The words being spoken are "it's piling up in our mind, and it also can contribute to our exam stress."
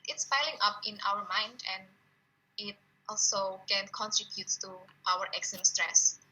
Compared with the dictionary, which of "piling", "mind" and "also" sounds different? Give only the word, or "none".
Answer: piling